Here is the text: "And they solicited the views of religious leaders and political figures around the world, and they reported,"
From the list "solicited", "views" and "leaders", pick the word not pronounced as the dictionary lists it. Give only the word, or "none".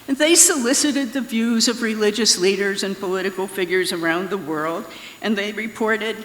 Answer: none